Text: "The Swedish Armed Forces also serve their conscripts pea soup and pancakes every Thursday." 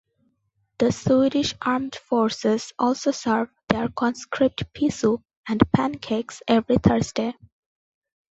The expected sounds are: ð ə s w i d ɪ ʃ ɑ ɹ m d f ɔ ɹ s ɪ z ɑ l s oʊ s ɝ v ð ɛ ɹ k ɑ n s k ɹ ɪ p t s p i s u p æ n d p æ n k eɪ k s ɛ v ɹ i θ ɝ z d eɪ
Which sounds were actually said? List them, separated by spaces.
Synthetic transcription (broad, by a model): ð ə s w i d ɪ ʃ ɑ ɹ m d f ɔ ɹ s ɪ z ɑ l s oʊ s ɝ v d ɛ ɹ k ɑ n s k ɹ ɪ p t p i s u æ n d p æ n k eɪ k s ɛ v ɹ i t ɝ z d eɪ